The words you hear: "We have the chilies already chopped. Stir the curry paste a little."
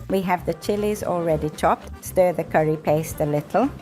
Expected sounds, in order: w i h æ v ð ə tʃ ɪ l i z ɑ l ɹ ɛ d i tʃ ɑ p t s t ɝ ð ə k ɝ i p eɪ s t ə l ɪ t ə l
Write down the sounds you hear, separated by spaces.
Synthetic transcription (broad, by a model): w i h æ v ð ə tʃ ɪ l i z ɑ l ɹ ɛ d i tʃ ɑ p t s t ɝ ð ə k ɝ i p eɪ s t ə l ɪ t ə l